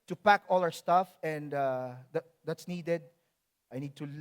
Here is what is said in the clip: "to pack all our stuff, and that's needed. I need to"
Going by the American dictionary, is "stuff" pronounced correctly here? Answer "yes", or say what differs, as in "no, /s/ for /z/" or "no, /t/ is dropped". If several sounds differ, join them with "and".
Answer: yes